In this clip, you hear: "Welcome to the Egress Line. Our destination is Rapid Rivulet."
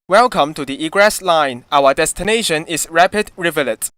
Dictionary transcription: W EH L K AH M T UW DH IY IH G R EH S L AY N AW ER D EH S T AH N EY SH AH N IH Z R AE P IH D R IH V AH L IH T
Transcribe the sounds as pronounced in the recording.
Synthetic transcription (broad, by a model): W EH L K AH M T UW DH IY IH G R EH S L AY N AW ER D EH S T AH N EY SH AH N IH S R AE P IH D R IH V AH L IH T